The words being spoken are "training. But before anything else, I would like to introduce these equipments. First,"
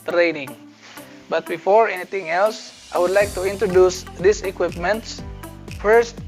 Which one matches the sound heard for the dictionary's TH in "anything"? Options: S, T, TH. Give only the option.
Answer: T